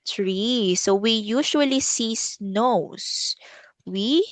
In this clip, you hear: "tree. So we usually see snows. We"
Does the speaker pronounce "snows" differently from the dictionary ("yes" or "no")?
yes